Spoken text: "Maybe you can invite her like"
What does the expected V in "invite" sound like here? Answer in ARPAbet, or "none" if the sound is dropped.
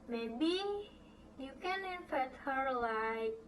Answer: F